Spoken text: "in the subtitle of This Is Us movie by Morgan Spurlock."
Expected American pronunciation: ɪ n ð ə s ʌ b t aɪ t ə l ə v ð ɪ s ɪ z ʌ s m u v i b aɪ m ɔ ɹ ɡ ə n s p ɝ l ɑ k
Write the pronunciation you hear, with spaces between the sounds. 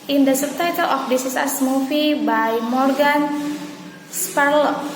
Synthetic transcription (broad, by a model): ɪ n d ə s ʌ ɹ t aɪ t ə l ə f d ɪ s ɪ s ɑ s m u f i b aɪ m ɔ ɹ ɡ ə n s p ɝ l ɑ